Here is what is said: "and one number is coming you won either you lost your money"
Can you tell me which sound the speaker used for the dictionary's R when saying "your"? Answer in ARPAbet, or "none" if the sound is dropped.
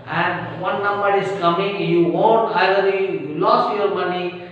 R